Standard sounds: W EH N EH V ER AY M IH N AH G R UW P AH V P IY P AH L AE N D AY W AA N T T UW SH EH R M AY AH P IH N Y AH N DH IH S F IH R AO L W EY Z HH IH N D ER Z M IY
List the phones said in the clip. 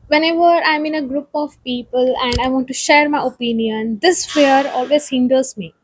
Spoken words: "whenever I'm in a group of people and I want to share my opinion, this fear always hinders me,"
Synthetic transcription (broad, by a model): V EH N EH V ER AY M IH N AH G R UW P AH V P IY P AH L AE N D AY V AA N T T UW SH EH R M AY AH P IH N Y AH N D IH S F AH R AO L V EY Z HH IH N D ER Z M IY